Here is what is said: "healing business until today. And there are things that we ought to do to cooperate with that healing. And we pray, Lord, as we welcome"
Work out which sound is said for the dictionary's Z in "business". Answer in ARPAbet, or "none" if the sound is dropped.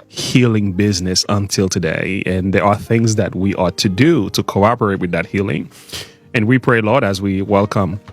Z